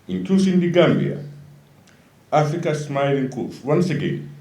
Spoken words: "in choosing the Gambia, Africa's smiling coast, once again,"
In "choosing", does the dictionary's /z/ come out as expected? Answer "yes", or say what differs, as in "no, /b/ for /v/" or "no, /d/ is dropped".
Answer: no, /s/ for /z/